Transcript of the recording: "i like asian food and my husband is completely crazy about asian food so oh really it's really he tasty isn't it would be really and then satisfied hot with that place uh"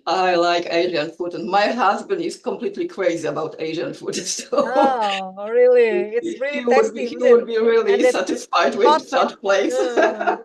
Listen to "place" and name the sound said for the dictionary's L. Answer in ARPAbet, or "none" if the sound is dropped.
L